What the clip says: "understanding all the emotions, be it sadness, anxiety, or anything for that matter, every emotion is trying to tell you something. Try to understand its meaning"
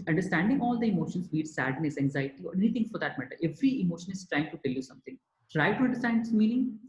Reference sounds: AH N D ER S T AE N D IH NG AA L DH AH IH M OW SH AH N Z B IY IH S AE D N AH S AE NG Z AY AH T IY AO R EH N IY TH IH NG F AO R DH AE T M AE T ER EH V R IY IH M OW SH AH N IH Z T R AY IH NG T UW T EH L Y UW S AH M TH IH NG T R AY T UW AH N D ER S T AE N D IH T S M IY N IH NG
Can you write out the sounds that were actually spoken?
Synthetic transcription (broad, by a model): AH N D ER S T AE N D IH NG AA L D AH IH M OW SH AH N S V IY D S AE D N AH S AE NG Z AY AH T IY AO R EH N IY T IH NG F AO R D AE T M AE T ER EH V R IY IH M OW SH AH N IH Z T R AY IH NG T UW T EH L Y UW S AH M T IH NG T R AY T UW AH N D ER S T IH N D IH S M IY N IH NG